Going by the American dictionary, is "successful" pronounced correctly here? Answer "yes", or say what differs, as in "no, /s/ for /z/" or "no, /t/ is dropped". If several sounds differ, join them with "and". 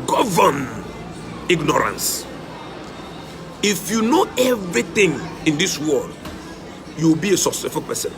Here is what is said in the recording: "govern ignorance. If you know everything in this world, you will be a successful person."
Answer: no, /k/ is dropped and /s/ is dropped